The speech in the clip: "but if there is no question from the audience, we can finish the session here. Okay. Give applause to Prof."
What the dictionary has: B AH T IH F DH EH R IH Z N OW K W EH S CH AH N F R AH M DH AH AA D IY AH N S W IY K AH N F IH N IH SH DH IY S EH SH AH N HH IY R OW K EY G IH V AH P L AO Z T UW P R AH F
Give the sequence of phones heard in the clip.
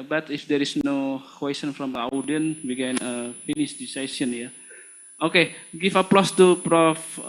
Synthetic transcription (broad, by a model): B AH T IH F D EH R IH S N OW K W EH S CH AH N F R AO M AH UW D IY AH N W IY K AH N F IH N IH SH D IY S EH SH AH N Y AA OW K EY G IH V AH P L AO S T UW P R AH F